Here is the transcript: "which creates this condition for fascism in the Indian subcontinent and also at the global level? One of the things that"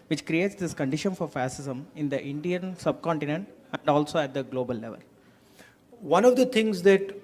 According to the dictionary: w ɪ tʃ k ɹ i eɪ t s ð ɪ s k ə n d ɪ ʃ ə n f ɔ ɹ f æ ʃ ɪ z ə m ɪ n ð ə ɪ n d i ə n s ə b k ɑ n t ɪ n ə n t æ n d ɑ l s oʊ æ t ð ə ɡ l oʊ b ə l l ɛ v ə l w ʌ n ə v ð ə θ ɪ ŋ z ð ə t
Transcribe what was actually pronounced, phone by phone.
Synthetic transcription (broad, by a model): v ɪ tʃ k ɹ i eɪ t s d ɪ s k ə n d ɪ ʃ ə n f ɔ ɹ f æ s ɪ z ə m ɪ n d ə ɪ n d i ə n s ə b k ɑ n t ɪ n ə n t æ n d ɑ l s oʊ æ t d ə ɡ l oʊ b ə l l ɛ v ə l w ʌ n ə v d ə t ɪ ŋ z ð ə t